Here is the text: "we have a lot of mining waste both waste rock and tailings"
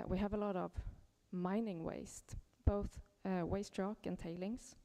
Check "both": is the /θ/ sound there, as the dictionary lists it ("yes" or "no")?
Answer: yes